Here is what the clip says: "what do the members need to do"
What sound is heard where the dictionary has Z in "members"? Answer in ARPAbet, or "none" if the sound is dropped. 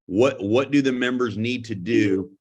Z